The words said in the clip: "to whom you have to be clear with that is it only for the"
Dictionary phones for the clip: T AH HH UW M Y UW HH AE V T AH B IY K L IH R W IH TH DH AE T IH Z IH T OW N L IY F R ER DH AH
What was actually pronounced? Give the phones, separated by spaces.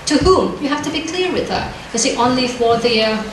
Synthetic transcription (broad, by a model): T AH HH UW M Y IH HH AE F T AH B IY K L IH R W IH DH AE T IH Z IH T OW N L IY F W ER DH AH